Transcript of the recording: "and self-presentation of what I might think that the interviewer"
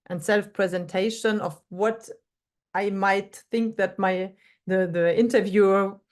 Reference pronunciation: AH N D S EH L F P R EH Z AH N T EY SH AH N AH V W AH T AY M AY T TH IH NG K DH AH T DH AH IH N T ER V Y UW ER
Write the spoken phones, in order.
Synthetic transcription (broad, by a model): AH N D S EH L F P R EH Z AH N T EY SH AH N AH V W AH T AY M AY T TH IH NG K DH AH T DH AH IH N T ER V Y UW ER